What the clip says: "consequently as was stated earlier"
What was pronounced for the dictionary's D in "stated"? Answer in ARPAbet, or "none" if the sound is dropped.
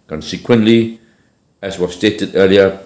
D